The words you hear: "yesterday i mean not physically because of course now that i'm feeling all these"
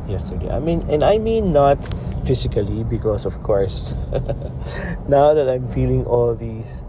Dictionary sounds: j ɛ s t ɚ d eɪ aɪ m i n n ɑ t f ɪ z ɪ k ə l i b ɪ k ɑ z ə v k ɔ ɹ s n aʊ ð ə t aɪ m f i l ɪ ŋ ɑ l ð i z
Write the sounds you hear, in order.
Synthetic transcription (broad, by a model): j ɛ s t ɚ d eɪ aɪ m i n n ɑ t f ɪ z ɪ k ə l i b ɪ k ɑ s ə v k ɔ ɹ s n aʊ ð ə t aɪ m f i l ɪ ŋ ɑ l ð i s